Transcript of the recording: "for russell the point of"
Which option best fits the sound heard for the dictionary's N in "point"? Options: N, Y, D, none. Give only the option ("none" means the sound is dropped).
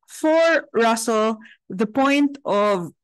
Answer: N